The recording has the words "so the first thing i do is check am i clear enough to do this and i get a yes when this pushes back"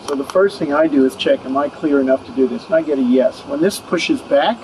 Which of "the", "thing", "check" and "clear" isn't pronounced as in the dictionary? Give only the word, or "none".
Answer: none